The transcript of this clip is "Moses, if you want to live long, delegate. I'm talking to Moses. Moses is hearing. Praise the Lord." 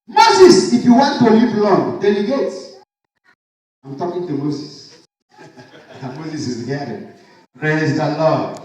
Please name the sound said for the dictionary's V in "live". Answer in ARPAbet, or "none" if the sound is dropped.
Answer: P